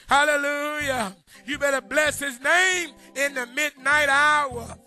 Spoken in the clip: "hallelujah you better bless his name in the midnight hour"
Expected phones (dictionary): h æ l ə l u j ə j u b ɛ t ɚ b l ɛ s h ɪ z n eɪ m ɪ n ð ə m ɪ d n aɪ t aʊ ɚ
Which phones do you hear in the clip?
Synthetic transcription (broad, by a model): h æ l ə l u j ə j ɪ b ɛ t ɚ b l ɛ s h ɪ z n eɪ m ɪ n ð ə m ɪ d n aɪ t aʊ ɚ